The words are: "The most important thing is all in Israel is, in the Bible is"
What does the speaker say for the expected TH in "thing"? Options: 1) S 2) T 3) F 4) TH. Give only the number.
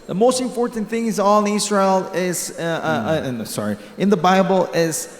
4